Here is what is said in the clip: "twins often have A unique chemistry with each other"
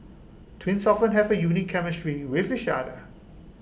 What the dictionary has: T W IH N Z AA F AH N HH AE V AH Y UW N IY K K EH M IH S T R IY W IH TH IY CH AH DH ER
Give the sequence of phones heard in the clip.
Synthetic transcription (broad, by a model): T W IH N S AA F AH N HH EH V AH Y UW N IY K K EH M IH S T R IY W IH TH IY SH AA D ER